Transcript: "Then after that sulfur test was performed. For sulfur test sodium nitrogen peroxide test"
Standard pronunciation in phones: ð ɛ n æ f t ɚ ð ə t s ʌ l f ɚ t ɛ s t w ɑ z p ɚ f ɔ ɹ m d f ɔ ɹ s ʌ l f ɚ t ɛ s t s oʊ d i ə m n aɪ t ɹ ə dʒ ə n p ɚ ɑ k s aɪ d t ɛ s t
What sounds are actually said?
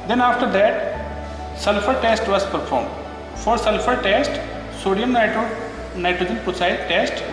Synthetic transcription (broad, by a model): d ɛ n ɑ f t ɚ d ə t s ʌ l f ɚ t ɛ s t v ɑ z p ɚ f ɔ ɹ m d f ɔ ɹ s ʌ l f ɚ t ɛ s t s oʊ d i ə m n aɪ t ɹ ə dʒ ə n p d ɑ s aɪ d t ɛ s t